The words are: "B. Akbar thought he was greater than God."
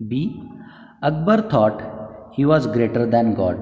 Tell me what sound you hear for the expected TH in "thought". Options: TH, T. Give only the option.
T